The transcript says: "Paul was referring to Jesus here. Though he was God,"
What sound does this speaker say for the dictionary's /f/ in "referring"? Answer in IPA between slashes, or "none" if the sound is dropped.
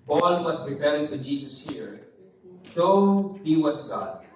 /p/